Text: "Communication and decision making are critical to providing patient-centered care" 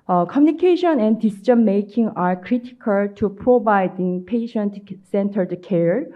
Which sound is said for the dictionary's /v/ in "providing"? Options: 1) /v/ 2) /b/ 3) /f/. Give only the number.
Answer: 2